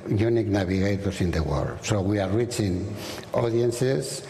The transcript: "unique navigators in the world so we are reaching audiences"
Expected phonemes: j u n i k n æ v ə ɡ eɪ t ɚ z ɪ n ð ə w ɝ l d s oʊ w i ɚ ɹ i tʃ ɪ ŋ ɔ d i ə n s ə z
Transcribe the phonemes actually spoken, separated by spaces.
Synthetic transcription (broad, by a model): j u n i k n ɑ b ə ɡ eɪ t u s ɪ n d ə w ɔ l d s oʊ w i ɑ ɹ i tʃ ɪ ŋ ɔ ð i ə n s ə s